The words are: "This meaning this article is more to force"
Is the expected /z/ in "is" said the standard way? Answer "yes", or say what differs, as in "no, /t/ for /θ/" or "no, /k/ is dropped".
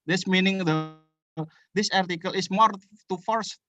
no, /s/ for /z/